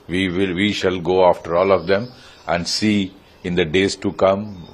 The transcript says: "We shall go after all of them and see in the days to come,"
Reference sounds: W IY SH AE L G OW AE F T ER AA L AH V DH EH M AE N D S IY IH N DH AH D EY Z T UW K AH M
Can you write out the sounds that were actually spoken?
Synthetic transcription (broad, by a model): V IY SH AE L G OW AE F T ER AA L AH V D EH M AE N D S IY IH N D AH D EY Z T UW K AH M